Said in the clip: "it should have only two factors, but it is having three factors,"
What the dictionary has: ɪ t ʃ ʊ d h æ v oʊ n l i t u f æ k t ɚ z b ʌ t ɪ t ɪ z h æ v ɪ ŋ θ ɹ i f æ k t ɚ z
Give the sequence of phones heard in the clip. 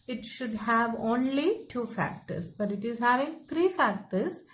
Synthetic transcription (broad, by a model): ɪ t ʃ ʊ d h æ v oʊ n l i t u f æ k t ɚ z b ʌ t ɪ t ɪ z h æ v ɪ ŋ t ɹ i f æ k t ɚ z